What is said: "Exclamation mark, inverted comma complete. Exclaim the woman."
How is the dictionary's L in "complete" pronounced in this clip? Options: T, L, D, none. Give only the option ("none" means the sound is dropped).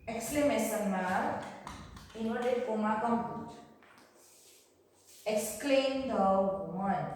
none